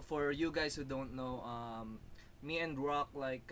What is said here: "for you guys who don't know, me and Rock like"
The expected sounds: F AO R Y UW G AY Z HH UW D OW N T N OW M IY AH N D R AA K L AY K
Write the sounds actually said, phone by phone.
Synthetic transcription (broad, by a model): F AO R Y UW G AY S HH UW D OW N T N OW M IY AH N D R AA K L AY K